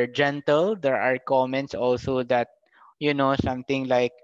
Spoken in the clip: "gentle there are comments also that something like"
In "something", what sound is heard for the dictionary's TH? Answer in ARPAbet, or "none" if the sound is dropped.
T